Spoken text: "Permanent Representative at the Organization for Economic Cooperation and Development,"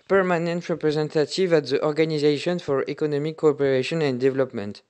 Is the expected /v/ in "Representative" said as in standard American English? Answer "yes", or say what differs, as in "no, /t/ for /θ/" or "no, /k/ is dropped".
yes